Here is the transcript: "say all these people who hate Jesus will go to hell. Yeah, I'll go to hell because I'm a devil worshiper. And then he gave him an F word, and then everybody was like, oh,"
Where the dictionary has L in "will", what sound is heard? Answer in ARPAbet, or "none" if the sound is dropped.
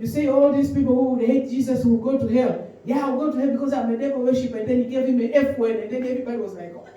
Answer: W